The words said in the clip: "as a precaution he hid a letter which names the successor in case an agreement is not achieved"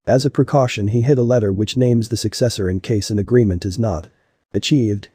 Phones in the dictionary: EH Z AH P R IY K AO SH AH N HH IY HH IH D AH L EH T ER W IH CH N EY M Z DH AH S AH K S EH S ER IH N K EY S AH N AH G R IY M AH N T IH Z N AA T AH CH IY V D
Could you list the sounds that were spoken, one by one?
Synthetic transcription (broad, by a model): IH Z AH P R IY K AO SH AH N IY HH IH D AH L EH T ER W IH CH N EY M Z DH AH S AH K S EH S ER IH N K EY S AH N AH G R IY M AH N T IH Z N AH T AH CH IY V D